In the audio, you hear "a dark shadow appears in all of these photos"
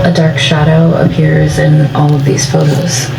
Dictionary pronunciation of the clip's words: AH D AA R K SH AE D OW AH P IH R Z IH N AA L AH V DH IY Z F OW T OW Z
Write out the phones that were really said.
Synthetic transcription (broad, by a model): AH D AA R K SH AE D OW AH P IH R Z IH N AA L AH V DH IY Z F OW T OW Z